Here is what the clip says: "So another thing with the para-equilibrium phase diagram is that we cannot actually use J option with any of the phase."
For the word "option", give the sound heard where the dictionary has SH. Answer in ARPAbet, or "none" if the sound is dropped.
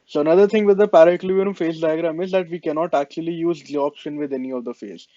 SH